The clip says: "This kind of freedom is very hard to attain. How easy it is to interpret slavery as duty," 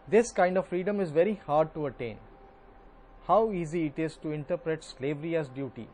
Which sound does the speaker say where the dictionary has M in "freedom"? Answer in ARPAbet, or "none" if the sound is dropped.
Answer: M